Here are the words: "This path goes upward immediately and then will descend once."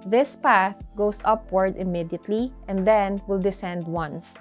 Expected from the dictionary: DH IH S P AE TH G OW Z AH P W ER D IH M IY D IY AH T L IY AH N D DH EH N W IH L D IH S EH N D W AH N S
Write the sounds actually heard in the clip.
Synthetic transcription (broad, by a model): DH IH S P AE TH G OW S AH P W ER D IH M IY D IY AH T L IY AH N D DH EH N W IH L D IH S EH N D W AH N S